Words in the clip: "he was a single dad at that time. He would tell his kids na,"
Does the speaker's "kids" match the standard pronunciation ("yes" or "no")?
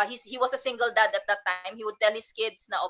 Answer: no